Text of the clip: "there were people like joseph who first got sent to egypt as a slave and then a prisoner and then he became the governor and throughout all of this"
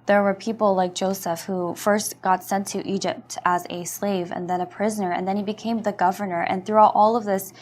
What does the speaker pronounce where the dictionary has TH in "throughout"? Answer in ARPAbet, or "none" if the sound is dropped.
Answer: TH